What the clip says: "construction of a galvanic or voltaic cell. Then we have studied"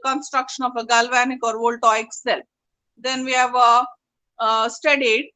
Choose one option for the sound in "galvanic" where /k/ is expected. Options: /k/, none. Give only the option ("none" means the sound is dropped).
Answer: /k/